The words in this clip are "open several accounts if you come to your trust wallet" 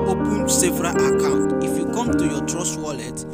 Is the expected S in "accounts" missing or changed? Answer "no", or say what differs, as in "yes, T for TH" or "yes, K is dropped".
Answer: yes, S is dropped